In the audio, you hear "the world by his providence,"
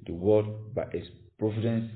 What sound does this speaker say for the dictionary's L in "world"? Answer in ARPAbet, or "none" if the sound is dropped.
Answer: none